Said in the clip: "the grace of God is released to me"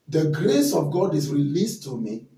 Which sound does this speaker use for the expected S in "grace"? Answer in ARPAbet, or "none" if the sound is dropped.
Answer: S